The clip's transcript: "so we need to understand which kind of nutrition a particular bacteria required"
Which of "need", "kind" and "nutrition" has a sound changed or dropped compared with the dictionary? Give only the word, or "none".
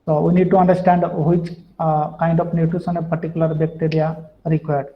nutrition